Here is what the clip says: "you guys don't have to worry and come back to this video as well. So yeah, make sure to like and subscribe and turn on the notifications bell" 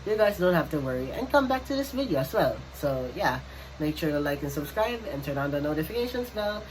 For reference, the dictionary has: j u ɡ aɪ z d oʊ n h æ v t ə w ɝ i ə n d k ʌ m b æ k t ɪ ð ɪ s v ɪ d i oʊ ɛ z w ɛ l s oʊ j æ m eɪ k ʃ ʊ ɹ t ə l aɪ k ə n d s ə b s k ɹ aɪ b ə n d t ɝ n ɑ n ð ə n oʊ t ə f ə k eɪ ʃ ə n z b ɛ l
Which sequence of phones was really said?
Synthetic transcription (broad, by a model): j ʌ ɡ aɪ z d oʊ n h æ f t ə w ɝ i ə n k ʌ m b æ k t ɪ ð ɪ s v ɪ d i oʊ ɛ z w ɛ l s oʊ j æ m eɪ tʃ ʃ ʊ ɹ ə l aɪ k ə n s ə b s k ɹ aɪ b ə n t ɝ n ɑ n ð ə n oʊ t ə f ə k eɪ ʃ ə n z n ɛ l